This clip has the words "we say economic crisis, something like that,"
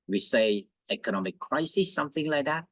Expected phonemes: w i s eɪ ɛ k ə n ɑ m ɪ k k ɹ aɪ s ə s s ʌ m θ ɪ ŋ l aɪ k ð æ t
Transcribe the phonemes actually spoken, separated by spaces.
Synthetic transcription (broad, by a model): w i s eɪ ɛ k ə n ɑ m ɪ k k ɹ aɪ s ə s s ʌ m θ ɪ ŋ l aɪ k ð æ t